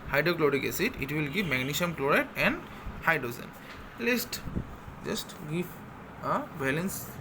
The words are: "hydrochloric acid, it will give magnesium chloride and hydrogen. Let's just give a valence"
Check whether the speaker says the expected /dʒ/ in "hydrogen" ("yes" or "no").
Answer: no